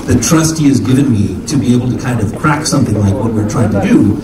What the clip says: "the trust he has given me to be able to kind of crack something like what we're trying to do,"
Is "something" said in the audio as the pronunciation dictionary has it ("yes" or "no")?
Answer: yes